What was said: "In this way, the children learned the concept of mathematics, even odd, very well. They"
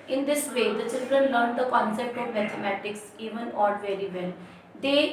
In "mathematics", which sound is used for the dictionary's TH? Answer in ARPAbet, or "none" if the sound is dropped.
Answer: T